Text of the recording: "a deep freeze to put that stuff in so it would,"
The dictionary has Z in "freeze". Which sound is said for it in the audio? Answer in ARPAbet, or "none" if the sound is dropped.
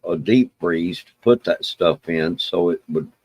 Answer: S